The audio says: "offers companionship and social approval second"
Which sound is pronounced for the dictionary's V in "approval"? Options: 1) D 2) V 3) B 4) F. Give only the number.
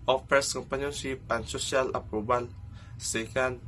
3